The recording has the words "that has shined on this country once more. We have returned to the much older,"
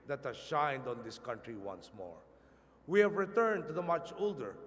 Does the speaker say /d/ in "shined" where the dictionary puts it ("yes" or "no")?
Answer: yes